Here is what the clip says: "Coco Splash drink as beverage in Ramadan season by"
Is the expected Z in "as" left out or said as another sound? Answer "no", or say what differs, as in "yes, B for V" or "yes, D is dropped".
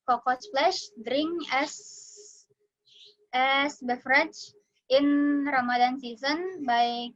yes, S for Z